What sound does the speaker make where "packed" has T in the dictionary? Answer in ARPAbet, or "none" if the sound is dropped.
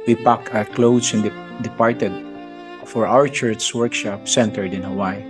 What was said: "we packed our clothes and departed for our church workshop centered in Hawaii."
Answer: none